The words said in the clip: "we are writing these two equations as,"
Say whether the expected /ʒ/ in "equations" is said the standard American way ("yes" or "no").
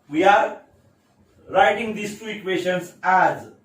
no